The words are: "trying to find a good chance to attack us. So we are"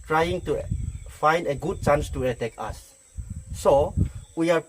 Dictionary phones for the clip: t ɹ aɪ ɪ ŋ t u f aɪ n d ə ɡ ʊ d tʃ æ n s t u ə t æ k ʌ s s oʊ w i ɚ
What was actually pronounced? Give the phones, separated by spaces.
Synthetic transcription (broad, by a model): t ɹ aɪ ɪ ŋ t u f aɪ n d ə ɡ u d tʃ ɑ n s t u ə t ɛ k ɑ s s oʊ w i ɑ